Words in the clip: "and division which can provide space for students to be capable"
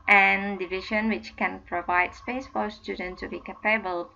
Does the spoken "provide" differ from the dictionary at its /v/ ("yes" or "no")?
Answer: no